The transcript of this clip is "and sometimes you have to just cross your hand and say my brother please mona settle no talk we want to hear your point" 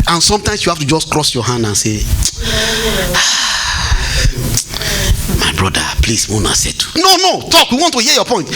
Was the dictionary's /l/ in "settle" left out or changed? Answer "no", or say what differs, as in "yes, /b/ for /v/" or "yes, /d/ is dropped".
yes, /n/ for /l/